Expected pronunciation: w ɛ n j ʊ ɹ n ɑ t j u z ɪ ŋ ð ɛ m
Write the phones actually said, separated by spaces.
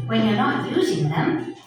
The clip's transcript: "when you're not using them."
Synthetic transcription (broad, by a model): w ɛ n j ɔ ɹ n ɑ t j u z ɪ ŋ ð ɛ m